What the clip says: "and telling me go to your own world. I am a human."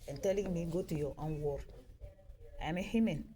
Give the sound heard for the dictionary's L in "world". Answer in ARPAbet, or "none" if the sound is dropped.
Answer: none